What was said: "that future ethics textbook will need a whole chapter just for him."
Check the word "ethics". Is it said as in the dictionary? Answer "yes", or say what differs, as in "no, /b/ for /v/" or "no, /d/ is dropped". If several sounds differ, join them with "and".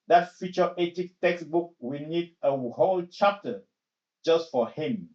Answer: no, /t/ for /θ/ and /s/ is dropped